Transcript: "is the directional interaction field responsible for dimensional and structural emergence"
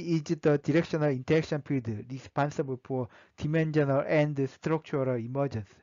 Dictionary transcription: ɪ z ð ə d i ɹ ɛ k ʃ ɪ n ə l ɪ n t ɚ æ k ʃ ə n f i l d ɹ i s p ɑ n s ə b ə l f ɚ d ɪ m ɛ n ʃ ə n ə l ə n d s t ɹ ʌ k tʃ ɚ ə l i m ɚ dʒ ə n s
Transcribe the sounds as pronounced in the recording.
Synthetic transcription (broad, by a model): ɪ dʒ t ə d i ɹ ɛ k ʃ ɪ n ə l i n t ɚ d k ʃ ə n p i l d ɹ i s p ɑ n s ə b ə l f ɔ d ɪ m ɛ n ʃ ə n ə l ə n d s t ɹ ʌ k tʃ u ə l i m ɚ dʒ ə n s